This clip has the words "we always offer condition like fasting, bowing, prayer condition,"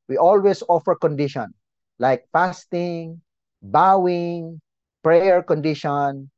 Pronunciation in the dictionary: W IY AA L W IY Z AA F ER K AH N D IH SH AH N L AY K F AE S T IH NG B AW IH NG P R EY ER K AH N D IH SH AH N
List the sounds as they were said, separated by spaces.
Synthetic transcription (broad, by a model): W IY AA L W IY S AA F ER K AH N D IH SH AH N L AY K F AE S T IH NG B AW IH NG P R EY ER K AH N D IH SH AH N